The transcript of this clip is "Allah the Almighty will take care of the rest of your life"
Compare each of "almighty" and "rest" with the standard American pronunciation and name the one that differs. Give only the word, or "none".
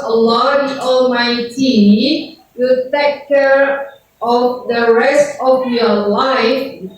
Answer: none